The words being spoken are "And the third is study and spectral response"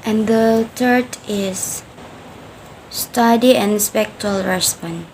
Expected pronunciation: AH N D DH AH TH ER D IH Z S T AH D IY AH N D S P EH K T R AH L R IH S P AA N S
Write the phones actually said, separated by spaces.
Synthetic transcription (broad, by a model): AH N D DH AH T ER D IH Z S T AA D IY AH N S P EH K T AH L R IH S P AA N